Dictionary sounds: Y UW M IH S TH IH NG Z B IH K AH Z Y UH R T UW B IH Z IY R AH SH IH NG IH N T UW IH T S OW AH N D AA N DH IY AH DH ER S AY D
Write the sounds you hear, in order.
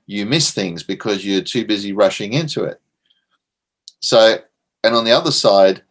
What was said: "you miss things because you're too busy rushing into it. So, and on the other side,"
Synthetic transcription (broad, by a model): Y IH M IH S TH IH NG Z B IH K AH Z Y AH R T UW B IH Z IY R AH SH IH NG IH N T UW IH T S OW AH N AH N DH IY AH DH ER S AY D